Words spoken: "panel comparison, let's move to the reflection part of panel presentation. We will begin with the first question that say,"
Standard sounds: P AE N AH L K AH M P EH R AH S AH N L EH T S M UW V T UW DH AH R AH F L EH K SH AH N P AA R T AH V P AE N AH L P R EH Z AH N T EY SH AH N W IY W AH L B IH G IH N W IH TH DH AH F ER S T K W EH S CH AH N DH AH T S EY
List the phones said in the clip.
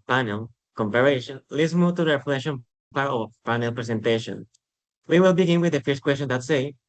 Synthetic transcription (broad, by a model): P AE N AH L K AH M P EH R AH SH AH N L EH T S M UW V T UW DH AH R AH F L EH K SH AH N P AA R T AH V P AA N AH L P R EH S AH N T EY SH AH N W IY W AH L B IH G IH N W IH DH AH F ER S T K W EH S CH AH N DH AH T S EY